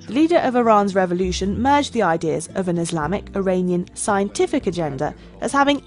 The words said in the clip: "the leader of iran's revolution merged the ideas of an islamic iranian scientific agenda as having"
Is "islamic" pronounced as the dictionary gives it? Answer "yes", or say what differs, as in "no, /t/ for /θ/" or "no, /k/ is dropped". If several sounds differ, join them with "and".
yes